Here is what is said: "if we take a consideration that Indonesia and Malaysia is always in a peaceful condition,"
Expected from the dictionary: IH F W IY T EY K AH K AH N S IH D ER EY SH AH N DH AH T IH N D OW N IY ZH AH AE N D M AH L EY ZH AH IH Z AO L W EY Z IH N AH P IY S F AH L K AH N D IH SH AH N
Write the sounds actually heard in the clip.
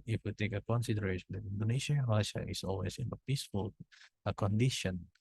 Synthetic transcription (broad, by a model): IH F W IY T EY K AH K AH N S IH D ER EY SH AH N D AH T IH N D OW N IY SH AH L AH IH SH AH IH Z AO L W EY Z IH N AH P IY S F AH L K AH N D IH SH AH N